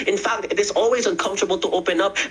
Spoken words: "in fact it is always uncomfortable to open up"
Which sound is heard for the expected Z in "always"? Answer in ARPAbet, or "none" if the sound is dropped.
Z